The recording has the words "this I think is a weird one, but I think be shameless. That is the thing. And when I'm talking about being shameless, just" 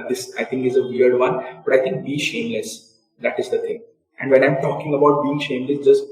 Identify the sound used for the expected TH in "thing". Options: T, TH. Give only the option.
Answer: T